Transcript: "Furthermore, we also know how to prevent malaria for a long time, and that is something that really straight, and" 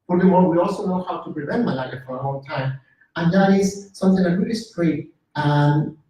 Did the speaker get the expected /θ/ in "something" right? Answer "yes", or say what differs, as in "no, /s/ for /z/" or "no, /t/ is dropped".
yes